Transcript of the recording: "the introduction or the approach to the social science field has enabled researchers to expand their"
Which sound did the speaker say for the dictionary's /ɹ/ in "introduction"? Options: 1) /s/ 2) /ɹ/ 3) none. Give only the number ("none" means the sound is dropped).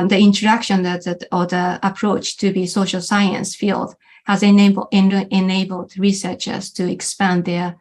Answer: 3